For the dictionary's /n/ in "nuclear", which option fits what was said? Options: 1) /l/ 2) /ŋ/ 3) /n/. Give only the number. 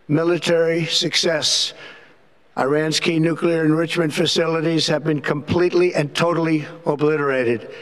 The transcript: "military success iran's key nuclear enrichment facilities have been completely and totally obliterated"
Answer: 3